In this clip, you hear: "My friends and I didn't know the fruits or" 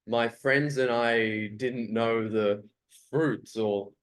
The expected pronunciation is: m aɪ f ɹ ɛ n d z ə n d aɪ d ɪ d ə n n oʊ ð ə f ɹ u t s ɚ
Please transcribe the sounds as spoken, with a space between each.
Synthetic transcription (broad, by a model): m aɪ f ɹ ɛ n d z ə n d aɪ d ɪ d n n oʊ ð ə f ɹ u t s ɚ